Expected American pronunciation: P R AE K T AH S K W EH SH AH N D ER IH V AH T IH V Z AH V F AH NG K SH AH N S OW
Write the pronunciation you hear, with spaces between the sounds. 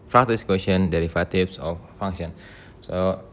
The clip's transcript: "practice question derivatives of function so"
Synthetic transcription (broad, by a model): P R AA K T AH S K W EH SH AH N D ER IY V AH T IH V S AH F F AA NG SH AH N S OW